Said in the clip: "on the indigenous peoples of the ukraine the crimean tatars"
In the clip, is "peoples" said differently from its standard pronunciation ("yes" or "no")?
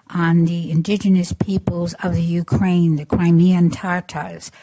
no